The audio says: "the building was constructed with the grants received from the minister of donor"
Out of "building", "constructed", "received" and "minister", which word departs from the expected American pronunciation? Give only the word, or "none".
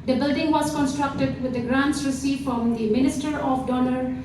received